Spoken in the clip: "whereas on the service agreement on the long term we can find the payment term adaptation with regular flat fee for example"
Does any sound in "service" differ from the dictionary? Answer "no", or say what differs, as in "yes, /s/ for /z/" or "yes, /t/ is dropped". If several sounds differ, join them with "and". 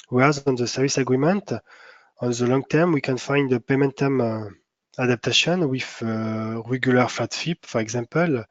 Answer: no